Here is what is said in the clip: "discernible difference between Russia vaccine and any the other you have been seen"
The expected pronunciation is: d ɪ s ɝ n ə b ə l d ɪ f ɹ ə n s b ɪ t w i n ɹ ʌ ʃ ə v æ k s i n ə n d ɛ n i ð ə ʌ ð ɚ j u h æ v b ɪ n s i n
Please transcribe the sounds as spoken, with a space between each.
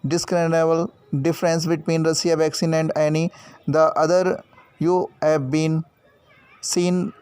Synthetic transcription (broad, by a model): d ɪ s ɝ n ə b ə l d ɪ f ɹ ə n s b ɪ t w i n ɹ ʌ s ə v æ k s i n ə n d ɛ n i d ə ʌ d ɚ j u h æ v b ɪ n s i n